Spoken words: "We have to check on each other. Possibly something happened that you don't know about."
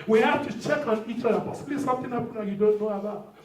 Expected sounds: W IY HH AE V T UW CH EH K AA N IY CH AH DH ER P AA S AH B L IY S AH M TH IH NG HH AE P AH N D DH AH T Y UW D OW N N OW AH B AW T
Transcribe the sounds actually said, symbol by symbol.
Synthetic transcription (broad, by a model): W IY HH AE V T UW CH EH K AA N IY CH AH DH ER P AA S AH B L IY S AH M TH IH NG HH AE P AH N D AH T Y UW D OW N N OW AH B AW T